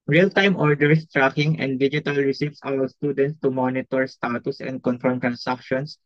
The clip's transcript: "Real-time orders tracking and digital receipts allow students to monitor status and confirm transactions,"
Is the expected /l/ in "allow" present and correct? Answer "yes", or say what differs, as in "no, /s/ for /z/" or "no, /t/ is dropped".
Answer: no, /w/ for /l/